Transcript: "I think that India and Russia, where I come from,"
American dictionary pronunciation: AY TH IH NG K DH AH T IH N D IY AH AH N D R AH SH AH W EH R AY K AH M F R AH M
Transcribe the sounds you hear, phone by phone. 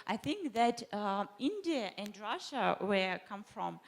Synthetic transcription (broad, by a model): AY TH IH NG K DH AH T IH N D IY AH AH N D R AH SH AH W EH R K AH M F R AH M